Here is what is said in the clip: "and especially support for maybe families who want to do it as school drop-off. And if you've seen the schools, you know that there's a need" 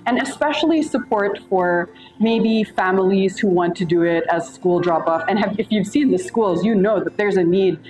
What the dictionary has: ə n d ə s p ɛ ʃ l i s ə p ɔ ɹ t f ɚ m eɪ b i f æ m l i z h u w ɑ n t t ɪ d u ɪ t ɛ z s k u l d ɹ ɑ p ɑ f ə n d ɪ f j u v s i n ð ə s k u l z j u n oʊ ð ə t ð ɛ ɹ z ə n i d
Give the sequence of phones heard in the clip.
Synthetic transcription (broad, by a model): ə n ə s p ɛ ʃ l i s ə p ɔ ɹ t f ɚ m eɪ b i f æ m l i z h u w ɑ n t t ɪ d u ɪ t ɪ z s k u l d ɹ ɑ p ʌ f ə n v ɪ f j u v s i n ð ə s k u l z j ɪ n oʊ ð ə t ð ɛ ɹ z ə n i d